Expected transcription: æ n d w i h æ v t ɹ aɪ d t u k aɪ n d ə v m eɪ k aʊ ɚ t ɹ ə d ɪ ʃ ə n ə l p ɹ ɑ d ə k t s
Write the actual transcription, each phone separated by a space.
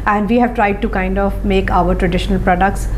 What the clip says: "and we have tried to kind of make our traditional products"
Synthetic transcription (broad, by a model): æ n d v i h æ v t ɹ aɪ d t u k aɪ n d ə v m eɪ k aʊ ɚ t ɹ ə d ɪ ʃ ə n ə l p ɹ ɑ d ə k t s